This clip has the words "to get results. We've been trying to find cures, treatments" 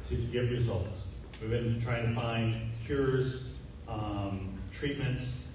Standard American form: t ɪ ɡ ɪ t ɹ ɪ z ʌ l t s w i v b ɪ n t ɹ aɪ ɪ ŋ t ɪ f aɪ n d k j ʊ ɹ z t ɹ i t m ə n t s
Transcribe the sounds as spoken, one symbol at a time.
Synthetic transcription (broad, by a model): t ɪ ɡ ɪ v ɹ ɪ z ʌ l t s w i v b ɪ n t ɹ aɪ ɪ ŋ t ɪ f aɪ n d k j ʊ ɹ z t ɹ i t m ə n t s